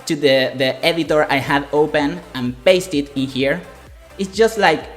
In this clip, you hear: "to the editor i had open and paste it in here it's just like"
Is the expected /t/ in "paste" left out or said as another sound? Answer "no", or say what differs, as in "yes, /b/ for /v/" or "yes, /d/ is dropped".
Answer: no